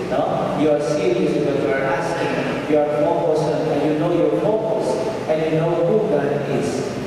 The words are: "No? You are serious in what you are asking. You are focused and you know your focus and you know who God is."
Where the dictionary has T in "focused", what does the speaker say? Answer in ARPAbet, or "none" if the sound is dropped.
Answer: none